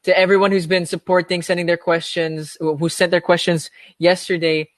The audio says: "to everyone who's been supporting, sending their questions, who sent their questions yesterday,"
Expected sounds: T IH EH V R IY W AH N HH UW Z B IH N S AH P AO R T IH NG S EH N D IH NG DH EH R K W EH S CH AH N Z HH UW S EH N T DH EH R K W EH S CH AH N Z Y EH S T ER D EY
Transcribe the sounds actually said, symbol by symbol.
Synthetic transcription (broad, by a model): T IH EH V R IY W AH N HH UW Z B IH N S AH P AO R T IH NG S EH N D IH NG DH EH R K W EH S CH AH N Z HH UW S EH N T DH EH R K W EH S CH AH N Z Y EH S T ER D EY